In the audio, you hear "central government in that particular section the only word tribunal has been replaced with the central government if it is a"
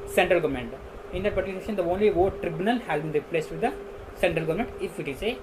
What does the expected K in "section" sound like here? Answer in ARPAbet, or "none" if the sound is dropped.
none